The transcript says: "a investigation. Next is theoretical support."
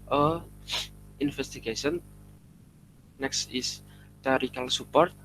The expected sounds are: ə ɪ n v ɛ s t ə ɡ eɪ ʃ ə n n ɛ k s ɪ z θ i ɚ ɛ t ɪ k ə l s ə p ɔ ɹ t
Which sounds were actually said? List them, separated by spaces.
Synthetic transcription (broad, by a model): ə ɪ n f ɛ s t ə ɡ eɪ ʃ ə n n ɛ k s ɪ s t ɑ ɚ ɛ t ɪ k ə l s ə p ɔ ɹ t